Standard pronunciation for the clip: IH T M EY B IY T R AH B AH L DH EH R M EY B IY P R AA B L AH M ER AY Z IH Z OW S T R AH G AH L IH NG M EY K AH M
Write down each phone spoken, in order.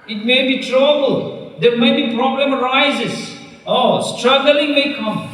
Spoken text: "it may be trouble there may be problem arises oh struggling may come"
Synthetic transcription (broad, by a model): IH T M EY B IY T R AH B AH L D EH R M EY B IY P R AA B L AH M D AY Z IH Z OW S T R AH G AH L IH NG M EY K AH M